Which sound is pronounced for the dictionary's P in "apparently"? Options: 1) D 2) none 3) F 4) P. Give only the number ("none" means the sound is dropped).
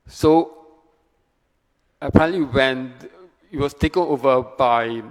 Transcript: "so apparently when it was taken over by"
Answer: 2